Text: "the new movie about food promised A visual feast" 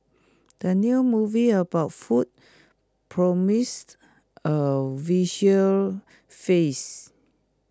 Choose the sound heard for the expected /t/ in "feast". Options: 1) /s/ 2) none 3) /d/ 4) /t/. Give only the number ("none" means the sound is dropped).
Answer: 2